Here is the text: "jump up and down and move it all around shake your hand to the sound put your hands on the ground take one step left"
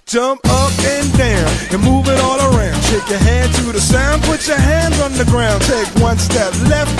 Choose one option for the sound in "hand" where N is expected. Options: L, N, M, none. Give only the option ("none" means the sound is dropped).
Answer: none